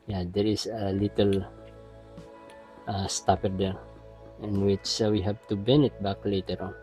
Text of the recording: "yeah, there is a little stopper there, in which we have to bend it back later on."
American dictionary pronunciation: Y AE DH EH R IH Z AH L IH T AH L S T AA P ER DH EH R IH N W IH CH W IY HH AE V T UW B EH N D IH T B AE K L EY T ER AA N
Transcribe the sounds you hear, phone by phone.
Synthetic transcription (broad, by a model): Y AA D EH R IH S AH L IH T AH L S T AA P ER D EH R IH N W IH CH W IY HH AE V T UW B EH N IH T B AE K L EY T ER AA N